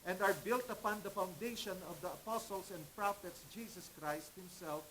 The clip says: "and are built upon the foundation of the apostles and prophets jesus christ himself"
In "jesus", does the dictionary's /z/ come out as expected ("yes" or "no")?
no